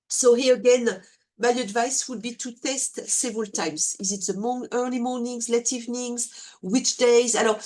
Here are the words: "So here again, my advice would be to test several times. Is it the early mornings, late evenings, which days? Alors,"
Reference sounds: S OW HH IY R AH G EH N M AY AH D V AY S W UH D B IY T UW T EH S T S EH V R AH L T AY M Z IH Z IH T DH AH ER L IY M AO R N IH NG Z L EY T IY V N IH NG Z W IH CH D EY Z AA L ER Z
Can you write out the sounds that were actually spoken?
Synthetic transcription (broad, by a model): S OW HH IY R AH G EH N M AY AH D V AY S W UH D B IY T UW T EH S T S EH V R AH L T AY M Z IH Z IH T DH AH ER L IY M AO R N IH NG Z L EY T IY V N IH NG Z W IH CH D EY Z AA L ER